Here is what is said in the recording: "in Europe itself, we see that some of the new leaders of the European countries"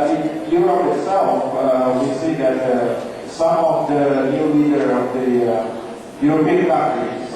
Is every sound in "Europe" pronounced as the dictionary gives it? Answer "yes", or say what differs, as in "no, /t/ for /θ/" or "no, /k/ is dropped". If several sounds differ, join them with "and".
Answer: no, /p/ is dropped